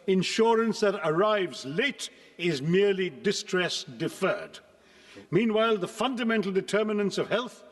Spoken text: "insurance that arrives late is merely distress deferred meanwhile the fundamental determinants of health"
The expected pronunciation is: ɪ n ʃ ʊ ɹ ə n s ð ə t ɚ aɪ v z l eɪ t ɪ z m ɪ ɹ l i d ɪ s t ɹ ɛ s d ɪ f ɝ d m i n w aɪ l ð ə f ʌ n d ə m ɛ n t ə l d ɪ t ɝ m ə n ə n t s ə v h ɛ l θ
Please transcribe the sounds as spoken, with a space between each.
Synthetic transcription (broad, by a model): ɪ n ʃ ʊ ɹ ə n s ð ə t ɚ aɪ v z l eɪ t ɪ z m ɪ ɹ l i d ɪ s t ɹ ɛ s d ɪ f ɝ d m i n w aɪ l ð ə f ʌ n d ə m ɛ n t l d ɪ t ɝ m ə n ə n s ə v h ɛ l θ